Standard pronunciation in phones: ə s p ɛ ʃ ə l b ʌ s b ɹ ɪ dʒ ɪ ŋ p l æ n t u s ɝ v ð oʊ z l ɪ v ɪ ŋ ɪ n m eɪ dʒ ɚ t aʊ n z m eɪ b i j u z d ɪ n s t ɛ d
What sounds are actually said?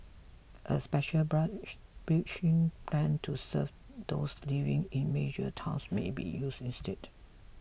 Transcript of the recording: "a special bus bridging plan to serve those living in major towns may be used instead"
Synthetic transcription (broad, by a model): ə s p ɛ ʃ ə l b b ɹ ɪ tʃ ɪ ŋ p l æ n t u s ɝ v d oʊ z l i v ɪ ŋ ɪ n m eɪ dʒ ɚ t aʊ n s m eɪ b i j u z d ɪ n s t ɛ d